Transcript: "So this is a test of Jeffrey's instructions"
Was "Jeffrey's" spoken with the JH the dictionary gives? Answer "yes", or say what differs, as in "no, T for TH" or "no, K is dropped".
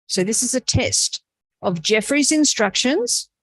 yes